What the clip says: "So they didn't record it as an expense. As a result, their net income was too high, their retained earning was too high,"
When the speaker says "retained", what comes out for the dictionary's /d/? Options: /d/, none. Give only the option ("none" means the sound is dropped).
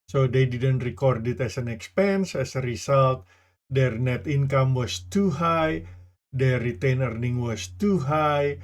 none